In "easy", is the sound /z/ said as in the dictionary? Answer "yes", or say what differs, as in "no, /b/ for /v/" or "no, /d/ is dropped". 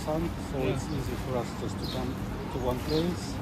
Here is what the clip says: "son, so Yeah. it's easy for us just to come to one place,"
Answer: yes